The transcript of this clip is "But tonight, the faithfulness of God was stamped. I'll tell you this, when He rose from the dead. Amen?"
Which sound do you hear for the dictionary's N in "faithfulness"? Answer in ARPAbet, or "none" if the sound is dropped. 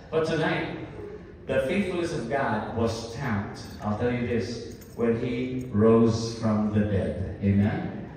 none